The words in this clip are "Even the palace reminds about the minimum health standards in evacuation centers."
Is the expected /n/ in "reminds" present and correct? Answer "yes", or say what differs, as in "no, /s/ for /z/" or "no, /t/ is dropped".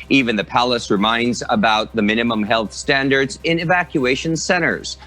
yes